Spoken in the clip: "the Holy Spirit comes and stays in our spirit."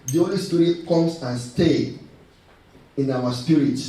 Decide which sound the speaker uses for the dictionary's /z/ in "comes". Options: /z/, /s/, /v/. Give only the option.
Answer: /s/